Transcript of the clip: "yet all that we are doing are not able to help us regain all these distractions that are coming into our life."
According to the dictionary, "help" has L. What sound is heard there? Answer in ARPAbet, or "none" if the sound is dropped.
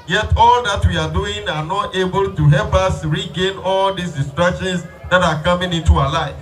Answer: L